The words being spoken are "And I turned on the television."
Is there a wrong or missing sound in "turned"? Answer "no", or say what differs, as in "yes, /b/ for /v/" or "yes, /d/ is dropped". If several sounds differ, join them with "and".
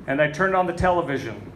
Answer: no